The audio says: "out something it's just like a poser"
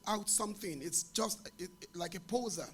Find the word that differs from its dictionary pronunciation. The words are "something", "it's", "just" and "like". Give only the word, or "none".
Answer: none